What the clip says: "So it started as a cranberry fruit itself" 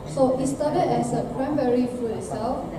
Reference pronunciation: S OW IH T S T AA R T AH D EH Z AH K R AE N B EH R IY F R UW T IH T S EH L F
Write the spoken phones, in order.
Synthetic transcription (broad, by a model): S OW IH T S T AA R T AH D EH S AH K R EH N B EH R IY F UW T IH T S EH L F